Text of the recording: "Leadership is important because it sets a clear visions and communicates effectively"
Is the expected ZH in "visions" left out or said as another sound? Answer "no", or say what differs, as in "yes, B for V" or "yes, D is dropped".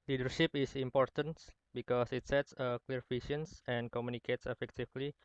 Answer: yes, SH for ZH